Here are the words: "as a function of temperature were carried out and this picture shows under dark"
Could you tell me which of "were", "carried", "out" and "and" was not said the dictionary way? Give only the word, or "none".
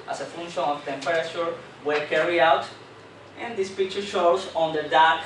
carried